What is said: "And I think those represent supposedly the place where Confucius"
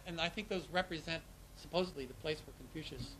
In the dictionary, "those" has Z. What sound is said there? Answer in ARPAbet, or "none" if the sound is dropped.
Z